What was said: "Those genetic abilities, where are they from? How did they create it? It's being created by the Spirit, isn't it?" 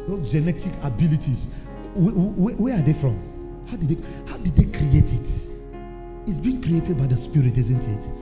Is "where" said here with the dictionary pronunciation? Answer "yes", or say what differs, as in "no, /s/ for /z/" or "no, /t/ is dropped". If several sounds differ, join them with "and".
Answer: no, /w/ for /ɹ/